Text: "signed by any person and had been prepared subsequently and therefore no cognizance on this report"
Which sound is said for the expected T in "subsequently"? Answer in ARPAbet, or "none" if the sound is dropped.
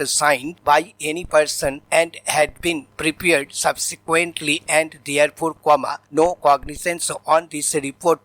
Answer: T